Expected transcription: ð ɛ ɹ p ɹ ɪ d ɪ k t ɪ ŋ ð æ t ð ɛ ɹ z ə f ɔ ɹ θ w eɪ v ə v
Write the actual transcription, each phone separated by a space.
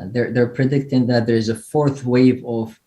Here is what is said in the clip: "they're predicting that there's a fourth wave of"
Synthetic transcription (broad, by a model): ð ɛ ɹ p ɹ ɪ d ɪ k t ɪ ŋ ð æ t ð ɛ ɹ z ə f ɔ ɹ θ w eɪ v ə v